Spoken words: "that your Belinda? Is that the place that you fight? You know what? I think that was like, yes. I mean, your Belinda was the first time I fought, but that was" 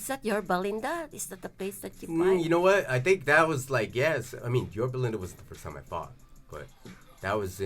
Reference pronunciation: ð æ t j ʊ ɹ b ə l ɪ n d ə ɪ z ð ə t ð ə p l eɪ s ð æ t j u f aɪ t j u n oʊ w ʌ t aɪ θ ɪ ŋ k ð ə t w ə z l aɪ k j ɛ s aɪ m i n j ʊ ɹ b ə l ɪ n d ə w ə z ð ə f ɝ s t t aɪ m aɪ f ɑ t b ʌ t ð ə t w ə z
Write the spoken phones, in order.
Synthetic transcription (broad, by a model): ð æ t j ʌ ɹ b ə l ɪ n d ə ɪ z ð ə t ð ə p l eɪ s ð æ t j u j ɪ n oʊ w ʌ t aɪ θ ɪ ŋ k ð ə t w ə z l aɪ k j ɛ s aɪ m i n j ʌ ɹ b ə l ɪ n d ə w ə z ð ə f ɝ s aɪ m aɪ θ ɑ t b ʌ t ð ə t w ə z